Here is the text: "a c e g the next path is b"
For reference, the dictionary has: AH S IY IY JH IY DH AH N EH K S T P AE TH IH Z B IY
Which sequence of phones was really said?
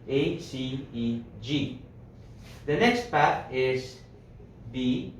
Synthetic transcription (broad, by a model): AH S IY IY JH IY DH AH N EH K S T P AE T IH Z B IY